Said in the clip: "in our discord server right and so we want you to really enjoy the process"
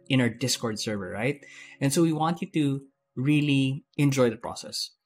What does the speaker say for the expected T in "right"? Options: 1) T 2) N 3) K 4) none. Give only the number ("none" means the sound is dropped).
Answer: 1